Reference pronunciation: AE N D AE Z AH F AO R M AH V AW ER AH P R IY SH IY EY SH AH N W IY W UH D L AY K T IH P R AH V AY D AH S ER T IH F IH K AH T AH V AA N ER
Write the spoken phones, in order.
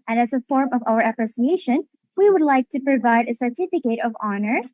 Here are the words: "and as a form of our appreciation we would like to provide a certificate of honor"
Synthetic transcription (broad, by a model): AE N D AE Z AH F AO R M AH V AW ER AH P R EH S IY EY SH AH N W IY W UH D L AY K T IH P R AH V AY D AH S ER T IH F IH K AH T AH V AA N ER